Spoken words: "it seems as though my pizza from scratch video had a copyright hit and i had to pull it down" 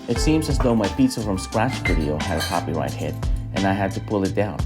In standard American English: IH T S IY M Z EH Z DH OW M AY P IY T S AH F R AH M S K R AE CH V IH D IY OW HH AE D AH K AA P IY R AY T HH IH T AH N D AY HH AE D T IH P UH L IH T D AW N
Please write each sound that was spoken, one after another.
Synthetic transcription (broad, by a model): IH T S IY M Z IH Z DH OW M AY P IY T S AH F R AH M S K R AE CH V IH D IY OW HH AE D AH K AA P IY R AY T HH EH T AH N AY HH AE D T IH P UH L IH T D AW N